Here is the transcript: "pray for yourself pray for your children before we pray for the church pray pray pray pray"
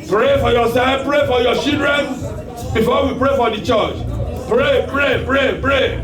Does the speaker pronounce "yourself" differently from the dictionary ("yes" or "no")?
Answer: yes